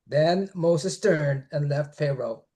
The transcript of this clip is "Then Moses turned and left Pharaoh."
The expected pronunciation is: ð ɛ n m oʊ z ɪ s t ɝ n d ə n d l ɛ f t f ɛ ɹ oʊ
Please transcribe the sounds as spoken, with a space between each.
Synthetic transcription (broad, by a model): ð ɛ n m oʊ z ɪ s t ɝ n d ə n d l ɛ f t f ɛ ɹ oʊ